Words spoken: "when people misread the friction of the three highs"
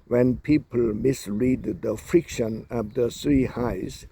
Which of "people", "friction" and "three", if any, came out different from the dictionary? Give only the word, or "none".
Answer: three